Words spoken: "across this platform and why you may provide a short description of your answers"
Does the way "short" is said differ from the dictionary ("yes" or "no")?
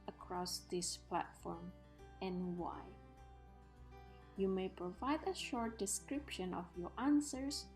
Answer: no